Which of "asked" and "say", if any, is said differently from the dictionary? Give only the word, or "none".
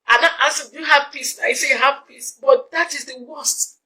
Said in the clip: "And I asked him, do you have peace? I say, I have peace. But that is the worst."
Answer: asked